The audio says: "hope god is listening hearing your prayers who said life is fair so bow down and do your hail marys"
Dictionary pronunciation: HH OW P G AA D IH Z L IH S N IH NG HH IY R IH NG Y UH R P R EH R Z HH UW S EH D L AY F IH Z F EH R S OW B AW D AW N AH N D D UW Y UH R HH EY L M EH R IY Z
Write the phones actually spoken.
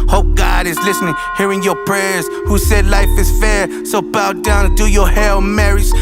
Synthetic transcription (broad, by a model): HH OW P G AA D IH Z L IH S N IH NG HH IY R IH NG Y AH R P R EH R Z HH UW S EH D L AY F IH Z F EH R S OW B AW D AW AH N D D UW Y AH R HH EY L M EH R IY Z